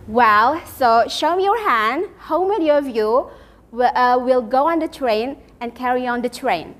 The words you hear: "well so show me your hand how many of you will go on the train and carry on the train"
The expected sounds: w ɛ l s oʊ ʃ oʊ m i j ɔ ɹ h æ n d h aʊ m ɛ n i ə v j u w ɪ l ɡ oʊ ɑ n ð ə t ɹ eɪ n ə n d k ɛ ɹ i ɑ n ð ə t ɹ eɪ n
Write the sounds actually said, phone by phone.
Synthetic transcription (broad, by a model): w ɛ l s oʊ ʃ oʊ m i j ɔ ɹ h æ n d h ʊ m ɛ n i ə v j u w ɪ l ɡ oʊ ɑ n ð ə t ɹ eɪ n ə n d k ɛ ɹ i ɑ n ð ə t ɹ eɪ n